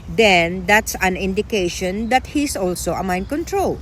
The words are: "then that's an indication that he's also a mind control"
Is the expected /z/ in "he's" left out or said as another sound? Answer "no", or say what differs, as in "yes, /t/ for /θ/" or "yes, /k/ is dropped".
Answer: yes, /s/ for /z/